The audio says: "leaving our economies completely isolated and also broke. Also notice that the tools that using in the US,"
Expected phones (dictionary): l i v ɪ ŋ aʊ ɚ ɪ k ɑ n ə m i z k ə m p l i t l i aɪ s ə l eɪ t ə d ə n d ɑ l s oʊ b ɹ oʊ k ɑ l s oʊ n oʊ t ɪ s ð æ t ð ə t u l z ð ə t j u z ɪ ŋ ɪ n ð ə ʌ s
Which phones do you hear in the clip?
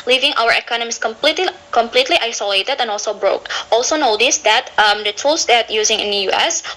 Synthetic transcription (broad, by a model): l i v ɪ ŋ aʊ ɚ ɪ k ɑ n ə m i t k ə m p l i t l i aɪ s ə l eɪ t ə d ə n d ɑ l s oʊ b ɹ oʊ k ɑ l s oʊ n oʊ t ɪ s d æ t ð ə t u l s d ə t j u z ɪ ŋ ɪ n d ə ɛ s